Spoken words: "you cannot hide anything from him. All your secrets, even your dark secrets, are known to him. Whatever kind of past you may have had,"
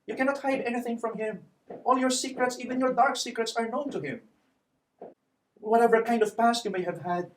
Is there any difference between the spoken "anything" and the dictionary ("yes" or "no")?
no